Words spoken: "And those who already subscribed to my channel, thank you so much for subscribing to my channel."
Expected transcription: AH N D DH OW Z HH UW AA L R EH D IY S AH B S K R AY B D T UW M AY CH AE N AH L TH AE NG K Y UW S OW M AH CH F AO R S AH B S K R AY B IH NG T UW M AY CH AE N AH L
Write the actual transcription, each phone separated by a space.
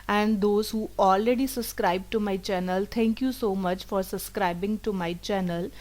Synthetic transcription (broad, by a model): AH N D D OW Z HH UW AA L R EH D IY S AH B S K R AY B T UW M AY CH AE N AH L T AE NG K Y UW S OW M AH CH F AO R S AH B S K R AY B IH NG T UW M AY CH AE N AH L